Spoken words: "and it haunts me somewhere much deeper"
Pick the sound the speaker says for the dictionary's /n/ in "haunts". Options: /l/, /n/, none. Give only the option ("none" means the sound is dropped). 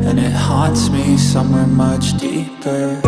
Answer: none